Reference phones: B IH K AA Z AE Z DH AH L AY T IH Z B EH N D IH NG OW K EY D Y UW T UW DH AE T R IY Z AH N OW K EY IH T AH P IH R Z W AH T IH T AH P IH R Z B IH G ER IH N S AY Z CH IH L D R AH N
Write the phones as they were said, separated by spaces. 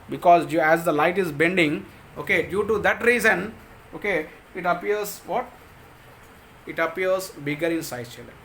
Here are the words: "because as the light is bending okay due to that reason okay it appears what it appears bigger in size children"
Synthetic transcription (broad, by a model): B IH K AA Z AE Z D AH L AY T IH Z B EH N D IH NG OW K EY D Y UW T UW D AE T R IY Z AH N OW K EY IH T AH P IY R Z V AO T IH T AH P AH R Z B IH G ER IH N S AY CH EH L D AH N